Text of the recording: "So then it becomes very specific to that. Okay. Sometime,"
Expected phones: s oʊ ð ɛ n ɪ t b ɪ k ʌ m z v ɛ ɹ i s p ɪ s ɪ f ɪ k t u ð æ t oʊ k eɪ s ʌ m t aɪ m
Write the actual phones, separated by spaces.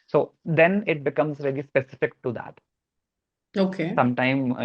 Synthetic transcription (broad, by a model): s oʊ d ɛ n ɪ t b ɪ k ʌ m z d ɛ l i s p ɪ s ɪ f ɪ k t u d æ t oʊ k eɪ s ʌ m t aɪ m